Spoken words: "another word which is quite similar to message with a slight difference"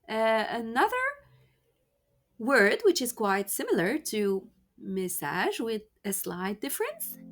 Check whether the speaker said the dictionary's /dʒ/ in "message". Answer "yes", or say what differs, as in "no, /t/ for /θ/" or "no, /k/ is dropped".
no, /ʒ/ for /dʒ/